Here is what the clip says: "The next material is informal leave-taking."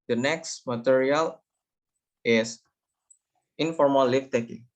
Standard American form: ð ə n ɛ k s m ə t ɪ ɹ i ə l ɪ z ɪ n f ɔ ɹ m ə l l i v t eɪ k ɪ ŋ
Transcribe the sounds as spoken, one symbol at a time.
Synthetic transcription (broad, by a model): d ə n ɛ k s m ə t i ɹ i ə l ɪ s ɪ n f ɔ ɹ m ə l l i f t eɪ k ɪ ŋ